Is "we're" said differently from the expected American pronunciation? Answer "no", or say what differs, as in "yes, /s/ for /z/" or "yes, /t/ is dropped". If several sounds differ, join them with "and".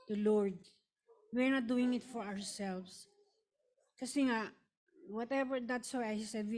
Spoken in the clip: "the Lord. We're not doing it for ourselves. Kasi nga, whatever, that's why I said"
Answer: no